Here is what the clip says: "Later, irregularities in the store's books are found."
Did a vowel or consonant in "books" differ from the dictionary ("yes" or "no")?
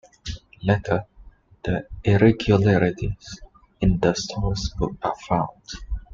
yes